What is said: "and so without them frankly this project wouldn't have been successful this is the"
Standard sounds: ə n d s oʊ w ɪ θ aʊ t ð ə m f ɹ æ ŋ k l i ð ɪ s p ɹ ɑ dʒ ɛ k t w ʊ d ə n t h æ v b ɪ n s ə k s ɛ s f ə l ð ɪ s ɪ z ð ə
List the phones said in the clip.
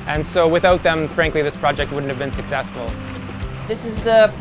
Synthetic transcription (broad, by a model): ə n s oʊ w ɪ θ aʊ t ð ə m f ɹ æ ŋ k l i ð ɪ s p ɹ ɑ dʒ ɛ k t w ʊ d n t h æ v b ɪ n s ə k s ɛ s f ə l ð ɪ s ɪ z ð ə